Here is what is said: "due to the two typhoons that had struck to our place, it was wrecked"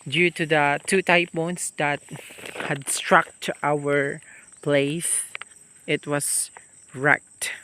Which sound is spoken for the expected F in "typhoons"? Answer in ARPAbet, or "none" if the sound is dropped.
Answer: P